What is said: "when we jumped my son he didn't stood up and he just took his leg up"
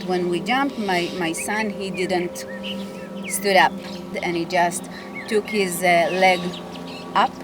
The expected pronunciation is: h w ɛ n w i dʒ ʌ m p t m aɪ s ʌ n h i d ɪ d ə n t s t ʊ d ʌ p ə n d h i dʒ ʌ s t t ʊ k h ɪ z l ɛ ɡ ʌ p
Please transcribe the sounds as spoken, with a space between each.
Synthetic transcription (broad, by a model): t w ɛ n w i dʒ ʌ m p t m aɪ s ʌ n h i d ɪ d ə n t s t ʊ d ʌ p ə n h i dʒ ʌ s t t ʊ k h ɪ z l ɛ ɡ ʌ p